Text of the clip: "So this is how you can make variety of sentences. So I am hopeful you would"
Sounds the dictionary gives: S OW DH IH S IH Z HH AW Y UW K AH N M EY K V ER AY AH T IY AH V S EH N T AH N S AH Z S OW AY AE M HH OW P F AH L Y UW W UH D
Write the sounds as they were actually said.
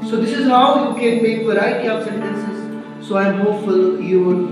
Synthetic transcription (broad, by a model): S OW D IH S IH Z HH AW Y UW K AH N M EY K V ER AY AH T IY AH S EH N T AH N S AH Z S OW AY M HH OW F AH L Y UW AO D